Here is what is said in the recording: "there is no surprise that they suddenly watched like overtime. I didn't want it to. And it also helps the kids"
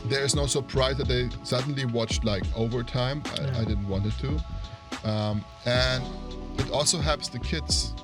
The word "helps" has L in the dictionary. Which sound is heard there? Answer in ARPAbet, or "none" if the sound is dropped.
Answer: none